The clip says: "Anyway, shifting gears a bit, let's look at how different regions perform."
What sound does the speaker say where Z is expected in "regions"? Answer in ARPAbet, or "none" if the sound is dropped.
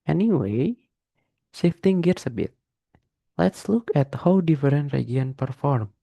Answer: none